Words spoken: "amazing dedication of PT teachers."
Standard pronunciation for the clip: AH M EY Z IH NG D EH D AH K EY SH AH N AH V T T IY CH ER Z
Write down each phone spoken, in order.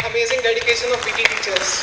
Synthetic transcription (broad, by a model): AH M EY Z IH NG D EH D AH K EY SH AH N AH B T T IY CH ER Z